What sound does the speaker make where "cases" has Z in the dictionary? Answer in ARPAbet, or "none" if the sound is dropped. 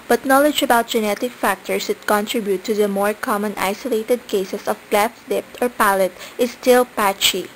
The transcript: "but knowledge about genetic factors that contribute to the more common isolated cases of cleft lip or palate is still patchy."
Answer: S